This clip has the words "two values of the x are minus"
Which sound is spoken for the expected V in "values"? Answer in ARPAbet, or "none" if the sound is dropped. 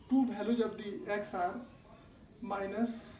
B